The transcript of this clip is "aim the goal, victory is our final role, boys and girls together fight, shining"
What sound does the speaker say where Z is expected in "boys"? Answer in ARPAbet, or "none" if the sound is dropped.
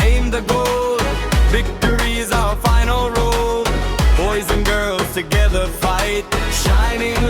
Z